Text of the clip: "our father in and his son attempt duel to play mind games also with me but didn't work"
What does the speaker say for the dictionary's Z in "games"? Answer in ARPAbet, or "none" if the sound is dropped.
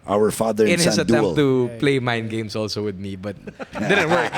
S